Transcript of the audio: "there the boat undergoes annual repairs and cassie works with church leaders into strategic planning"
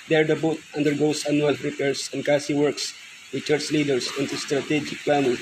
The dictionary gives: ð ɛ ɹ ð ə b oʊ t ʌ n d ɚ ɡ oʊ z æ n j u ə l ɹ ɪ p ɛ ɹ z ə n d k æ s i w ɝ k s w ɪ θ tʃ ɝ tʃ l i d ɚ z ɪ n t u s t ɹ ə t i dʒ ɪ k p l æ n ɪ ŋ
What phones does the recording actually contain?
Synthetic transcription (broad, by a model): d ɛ ɹ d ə b oʊ t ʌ n d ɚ ɡ oʊ s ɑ n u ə l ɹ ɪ p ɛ ɹ s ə n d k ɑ s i w ɝ k s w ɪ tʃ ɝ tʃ l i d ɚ s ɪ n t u s t ɹ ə t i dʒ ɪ k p l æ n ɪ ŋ